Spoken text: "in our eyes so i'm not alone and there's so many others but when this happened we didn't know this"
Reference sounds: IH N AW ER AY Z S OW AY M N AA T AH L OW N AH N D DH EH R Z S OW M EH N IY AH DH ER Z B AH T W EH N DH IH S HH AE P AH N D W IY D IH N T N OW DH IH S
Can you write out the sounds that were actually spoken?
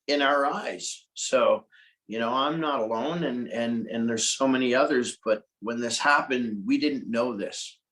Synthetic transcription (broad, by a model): IH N AW ER AY Z S OW AY M N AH T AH L OW N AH N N DH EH R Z S OW M EH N IY AH DH ER Z B AH T W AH N DH IH S HH AE P AH N D W IY D IH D N OW DH IH S